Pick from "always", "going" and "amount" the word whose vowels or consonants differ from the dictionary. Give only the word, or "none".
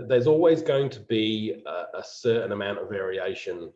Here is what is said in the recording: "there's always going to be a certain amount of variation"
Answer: none